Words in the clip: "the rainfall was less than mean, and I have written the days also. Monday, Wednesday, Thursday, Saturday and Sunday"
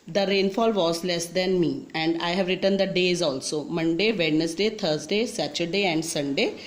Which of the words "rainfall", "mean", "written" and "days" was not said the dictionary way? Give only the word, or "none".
mean